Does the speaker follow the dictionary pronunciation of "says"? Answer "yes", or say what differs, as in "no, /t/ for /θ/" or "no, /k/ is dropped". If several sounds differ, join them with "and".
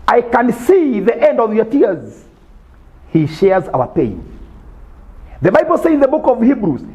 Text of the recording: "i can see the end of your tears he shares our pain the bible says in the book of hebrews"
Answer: no, /z/ is dropped